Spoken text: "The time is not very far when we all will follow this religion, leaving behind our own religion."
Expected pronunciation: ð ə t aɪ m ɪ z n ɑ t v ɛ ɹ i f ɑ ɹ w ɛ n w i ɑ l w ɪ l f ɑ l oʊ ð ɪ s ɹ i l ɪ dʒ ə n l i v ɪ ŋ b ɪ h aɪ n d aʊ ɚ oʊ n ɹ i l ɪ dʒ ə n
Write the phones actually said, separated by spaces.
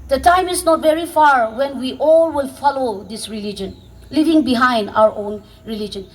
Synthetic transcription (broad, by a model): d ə t aɪ m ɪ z n ɑ t v ɛ ɹ i f ɑ ɹ w ɛ n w i ɑ l w ɪ l f ɑ l oʊ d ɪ s ɹ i l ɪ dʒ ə n l i v ɪ ŋ b ɪ h aɪ n d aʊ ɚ oʊ n ɹ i l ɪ dʒ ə n